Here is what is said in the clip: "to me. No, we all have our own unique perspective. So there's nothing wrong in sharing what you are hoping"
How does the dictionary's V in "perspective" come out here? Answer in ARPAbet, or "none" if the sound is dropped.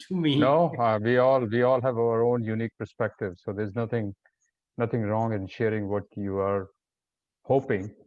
V